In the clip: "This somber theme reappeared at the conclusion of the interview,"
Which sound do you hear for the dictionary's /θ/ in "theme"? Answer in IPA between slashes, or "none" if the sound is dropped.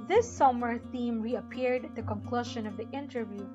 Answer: /θ/